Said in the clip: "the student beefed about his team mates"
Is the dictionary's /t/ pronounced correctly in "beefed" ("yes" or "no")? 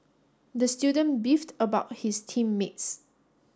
yes